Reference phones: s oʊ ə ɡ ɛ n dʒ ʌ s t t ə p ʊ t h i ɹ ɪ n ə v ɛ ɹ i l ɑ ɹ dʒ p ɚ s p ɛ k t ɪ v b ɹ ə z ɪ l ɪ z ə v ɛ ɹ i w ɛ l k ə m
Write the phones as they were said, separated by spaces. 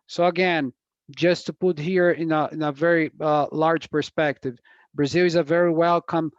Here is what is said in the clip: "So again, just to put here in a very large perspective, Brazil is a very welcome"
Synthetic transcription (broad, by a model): s oʊ ə ɡ ɛ n dʒ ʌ s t t ə p ʊ t h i ɹ ɪ n ə v ɛ ɹ i l ɑ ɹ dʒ p ɚ s p ɛ k t ɪ v b ɹ ə z ɪ l ɪ z ə v ɛ ɹ i w ɛ l k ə m